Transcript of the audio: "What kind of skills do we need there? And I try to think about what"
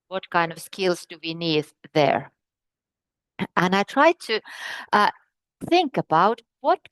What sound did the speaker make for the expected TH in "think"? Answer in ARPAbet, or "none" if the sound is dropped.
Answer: TH